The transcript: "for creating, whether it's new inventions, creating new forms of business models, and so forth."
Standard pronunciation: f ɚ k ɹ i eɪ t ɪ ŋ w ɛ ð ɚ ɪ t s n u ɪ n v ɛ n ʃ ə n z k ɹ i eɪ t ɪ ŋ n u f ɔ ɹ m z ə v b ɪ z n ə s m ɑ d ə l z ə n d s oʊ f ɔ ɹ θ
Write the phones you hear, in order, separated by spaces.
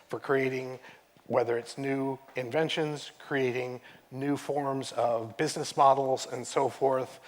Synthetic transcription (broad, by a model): f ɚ k ɹ i eɪ t ɪ ŋ w ɛ ð ɚ ɪ t s n u ɪ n v ɛ n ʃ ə n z k ɹ i eɪ t ɪ ŋ n u f ɔ ɹ m z ə v b ɪ z n ə s m ɑ d l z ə n s oʊ f ɔ ɹ θ